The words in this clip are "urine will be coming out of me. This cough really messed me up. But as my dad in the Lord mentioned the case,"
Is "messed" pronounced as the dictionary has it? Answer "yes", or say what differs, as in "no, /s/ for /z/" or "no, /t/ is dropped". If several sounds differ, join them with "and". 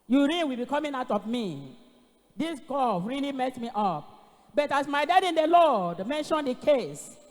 no, /s/ is dropped